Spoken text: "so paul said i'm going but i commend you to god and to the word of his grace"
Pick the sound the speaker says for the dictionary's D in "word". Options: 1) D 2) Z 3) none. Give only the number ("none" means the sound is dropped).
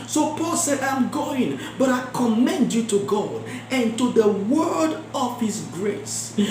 1